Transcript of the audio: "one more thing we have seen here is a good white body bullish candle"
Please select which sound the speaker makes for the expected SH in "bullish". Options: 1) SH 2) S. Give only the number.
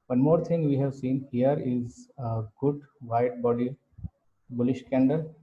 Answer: 1